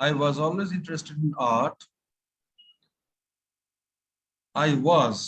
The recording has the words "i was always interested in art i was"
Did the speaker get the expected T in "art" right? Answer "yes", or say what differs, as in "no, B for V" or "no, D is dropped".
yes